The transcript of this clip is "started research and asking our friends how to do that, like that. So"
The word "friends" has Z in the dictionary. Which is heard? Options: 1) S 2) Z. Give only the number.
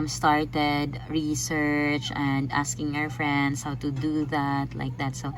1